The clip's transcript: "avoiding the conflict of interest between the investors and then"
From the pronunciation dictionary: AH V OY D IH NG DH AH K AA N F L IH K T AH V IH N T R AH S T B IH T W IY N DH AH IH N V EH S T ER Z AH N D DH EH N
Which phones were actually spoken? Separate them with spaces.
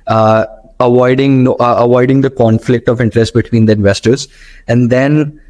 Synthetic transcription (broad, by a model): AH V OY D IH NG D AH K AA N F L IH K T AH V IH N T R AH S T B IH T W IY N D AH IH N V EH S T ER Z AH N D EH N